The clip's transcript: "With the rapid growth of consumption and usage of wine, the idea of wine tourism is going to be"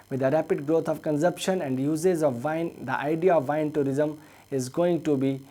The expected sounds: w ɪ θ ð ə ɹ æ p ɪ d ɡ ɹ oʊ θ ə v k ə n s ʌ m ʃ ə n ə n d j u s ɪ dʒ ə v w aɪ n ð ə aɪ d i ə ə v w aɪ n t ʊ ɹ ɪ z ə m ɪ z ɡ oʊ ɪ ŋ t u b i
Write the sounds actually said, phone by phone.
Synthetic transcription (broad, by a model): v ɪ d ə ɹ æ p ɪ d ɡ ɹ oʊ t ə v k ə n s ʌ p ʃ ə n ə n d j u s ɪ z ə v aɪ n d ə aɪ d i ə ə v aɪ n t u ɹ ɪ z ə m ɪ z ɡ oʊ ɪ ŋ t u b i